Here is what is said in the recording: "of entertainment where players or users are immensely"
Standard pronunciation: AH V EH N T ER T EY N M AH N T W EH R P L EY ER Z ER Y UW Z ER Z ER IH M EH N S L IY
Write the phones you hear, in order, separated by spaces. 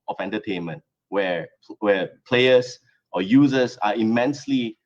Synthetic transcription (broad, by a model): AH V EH N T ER T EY N M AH N T W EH W P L EY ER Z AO Y UW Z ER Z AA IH M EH N S L IY